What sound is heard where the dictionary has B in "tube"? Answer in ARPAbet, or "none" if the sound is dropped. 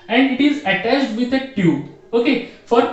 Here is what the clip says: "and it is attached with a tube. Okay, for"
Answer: none